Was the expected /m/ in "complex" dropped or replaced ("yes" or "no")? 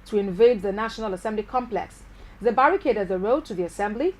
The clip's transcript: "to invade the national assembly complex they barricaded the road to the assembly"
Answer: no